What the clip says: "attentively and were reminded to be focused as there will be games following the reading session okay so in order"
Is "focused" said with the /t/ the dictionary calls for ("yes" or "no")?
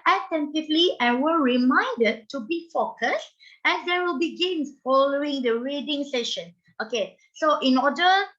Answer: yes